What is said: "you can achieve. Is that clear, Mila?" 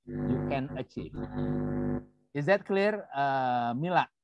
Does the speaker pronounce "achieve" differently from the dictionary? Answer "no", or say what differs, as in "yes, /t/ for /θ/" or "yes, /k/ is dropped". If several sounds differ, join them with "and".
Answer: no